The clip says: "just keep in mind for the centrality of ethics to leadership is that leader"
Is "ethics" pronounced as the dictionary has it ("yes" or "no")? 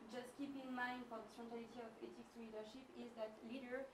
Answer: no